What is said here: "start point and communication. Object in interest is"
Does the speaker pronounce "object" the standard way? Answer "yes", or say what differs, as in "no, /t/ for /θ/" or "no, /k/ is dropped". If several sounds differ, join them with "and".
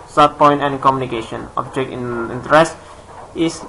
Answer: no, /t/ is dropped